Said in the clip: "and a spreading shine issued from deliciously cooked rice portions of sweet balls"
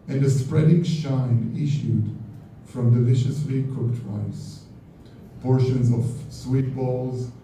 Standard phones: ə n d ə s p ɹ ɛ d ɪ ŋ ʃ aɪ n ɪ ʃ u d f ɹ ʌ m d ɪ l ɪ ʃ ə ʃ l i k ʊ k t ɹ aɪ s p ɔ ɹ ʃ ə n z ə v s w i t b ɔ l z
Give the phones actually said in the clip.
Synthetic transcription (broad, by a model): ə n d ə s p ɹ ɛ d ɪ ŋ ʃ aɪ n ɪ ʃ u d f ɹ ʌ m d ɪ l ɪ ʃ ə s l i k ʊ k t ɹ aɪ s p ɔ ɹ ʃ ə n z ə v s w i t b ɔ l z